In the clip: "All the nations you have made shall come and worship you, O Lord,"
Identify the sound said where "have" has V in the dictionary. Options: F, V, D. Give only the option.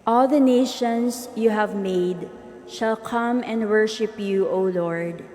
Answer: V